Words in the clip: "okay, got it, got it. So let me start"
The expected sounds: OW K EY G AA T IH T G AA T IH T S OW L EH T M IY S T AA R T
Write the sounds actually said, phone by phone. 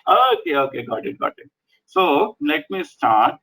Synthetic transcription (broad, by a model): OW K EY G AA T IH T G AA T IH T S OW N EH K M IY S T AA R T